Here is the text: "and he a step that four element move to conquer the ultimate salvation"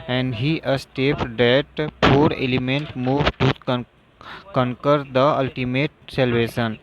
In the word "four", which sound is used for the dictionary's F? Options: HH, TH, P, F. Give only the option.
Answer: P